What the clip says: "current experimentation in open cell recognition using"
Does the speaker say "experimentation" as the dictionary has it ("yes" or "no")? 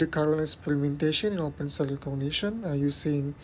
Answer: no